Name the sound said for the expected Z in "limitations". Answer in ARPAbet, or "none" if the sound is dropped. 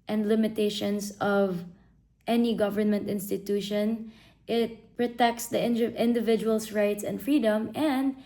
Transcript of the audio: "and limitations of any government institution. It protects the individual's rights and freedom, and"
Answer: S